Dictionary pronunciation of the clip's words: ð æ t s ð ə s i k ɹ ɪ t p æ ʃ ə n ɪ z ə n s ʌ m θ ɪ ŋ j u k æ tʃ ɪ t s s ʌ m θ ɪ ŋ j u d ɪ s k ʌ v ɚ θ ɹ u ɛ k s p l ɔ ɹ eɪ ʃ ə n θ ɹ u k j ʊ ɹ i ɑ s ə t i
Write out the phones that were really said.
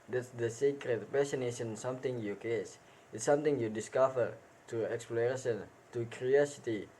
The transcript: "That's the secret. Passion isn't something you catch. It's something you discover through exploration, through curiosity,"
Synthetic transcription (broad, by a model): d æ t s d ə s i k ɹ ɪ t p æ s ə n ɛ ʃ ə n s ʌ m t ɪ ŋ j u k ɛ s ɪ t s s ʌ m t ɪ ŋ j u d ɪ s k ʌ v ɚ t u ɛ k s p l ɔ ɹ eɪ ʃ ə n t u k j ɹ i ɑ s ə t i